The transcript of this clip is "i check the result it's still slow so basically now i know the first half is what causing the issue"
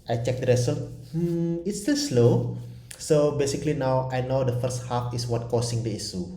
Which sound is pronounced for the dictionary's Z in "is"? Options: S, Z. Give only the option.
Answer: S